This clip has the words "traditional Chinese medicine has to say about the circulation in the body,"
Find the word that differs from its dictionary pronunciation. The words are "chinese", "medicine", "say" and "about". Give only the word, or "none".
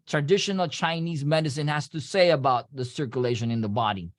none